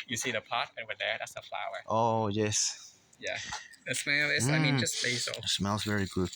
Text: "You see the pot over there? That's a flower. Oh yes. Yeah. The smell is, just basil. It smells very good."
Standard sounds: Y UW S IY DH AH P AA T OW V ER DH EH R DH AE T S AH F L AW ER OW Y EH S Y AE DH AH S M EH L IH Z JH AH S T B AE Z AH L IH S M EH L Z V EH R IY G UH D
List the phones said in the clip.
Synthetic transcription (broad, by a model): Y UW S IY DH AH P AA T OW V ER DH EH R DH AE T S AH F L AW ER OW Y EH S Y AE DH AH S M EH L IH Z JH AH S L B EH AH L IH S M EH L Z V EH R IY G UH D